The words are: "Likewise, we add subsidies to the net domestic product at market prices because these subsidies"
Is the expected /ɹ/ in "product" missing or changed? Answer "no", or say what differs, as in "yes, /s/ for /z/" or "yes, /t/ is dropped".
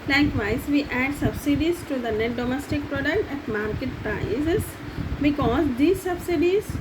no